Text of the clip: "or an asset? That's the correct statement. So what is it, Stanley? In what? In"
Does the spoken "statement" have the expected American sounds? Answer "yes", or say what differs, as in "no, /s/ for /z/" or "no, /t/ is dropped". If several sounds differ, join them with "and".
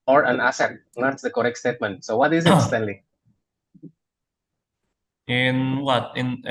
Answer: yes